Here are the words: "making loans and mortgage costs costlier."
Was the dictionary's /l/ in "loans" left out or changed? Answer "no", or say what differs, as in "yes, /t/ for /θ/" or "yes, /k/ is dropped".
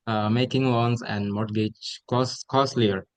yes, /w/ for /l/